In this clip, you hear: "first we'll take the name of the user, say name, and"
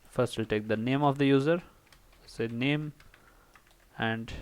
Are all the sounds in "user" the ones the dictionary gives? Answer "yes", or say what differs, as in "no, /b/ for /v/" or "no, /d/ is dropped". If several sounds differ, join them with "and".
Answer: yes